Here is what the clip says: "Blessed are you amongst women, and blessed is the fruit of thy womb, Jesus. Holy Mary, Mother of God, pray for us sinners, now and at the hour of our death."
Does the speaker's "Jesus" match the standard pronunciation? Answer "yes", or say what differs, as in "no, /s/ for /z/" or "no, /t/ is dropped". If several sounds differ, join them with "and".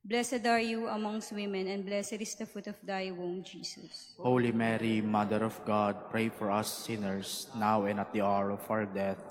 no, /s/ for /z/